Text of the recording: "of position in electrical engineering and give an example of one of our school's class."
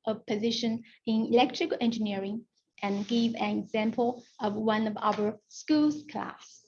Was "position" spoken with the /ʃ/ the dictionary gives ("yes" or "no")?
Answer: yes